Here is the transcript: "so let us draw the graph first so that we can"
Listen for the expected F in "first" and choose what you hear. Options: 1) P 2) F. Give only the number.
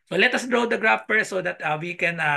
1